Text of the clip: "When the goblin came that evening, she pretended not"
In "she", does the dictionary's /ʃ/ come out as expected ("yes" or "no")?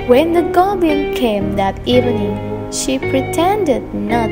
yes